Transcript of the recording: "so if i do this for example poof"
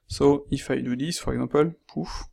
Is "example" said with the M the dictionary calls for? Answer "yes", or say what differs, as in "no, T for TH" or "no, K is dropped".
no, M is dropped